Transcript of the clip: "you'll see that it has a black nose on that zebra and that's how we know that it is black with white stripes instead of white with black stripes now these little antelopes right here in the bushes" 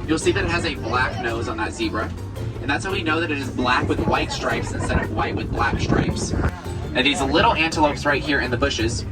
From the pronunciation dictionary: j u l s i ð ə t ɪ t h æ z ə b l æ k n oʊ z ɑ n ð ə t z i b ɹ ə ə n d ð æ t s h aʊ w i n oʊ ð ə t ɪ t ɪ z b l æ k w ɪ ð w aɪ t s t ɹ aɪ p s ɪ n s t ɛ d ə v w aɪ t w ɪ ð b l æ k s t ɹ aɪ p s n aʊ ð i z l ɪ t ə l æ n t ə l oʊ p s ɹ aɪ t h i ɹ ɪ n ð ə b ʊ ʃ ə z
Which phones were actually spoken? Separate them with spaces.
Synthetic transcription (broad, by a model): j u l s i ð ə t ɪ t h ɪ z ə b l æ k n oʊ z n ð ə t z i b ɹ ə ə n ð æ t s h aʊ w i n oʊ ð ə t ɪ t ɪ z b l æ k w ɪ ð w aɪ t s t ɹ aɪ p s ɪ n s t ɛ d ə v w aɪ t w ɪ ð b l æ k s t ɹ aɪ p s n ð i z l ɪ t l æ n t ə l oʊ p s ɹ aɪ t h i ɹ ɪ n ð ə b ʊ ʃ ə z